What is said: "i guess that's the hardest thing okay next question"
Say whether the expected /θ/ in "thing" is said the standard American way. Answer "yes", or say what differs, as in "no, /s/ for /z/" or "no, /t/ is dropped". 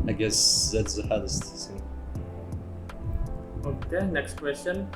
no, /s/ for /θ/